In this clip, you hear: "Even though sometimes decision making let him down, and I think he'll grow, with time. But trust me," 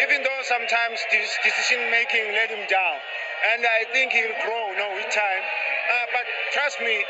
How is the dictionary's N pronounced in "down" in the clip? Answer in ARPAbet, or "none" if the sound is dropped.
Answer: L